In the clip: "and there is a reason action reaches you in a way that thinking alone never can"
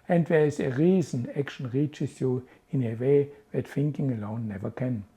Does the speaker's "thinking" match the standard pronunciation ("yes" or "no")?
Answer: no